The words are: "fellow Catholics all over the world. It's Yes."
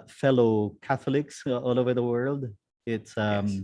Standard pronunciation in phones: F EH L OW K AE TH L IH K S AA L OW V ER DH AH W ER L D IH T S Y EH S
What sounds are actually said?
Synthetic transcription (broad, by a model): F EH L OW K AE TH L IH K S AA L OW V ER DH AH W ER L D IH T S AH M